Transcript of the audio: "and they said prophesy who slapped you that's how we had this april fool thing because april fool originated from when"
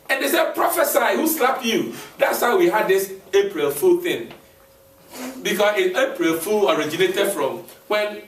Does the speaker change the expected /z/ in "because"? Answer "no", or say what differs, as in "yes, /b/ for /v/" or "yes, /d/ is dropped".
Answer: yes, /s/ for /z/